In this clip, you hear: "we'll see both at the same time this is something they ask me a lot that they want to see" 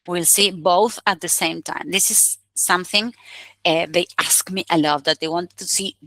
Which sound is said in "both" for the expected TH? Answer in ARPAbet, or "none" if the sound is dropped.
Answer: TH